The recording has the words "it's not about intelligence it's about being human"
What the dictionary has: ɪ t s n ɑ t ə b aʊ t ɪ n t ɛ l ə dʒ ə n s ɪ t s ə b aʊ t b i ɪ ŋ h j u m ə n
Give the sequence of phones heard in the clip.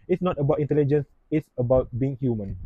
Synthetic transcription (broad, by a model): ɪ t s n ɑ t ə b aʊ t ɪ n t ɛ l ə dʒ ə n s ɪ t s ə b aʊ t b i ɪ ŋ h j u m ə n